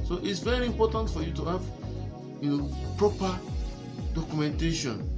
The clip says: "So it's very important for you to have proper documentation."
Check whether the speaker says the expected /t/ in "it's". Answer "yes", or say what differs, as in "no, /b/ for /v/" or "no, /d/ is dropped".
yes